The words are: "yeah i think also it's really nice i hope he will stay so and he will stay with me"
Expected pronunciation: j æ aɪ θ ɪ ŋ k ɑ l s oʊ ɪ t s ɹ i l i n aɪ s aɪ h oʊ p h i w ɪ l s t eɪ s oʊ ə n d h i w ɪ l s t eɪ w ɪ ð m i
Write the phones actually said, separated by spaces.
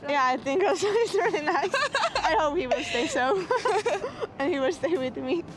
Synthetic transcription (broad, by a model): j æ aɪ θ ɪ ŋ k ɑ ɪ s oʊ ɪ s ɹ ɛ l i n aɪ s aɪ h oʊ p h i w ɪ l s t eɪ s oʊ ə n h i w ɪ l s t eɪ w ɪ ð m i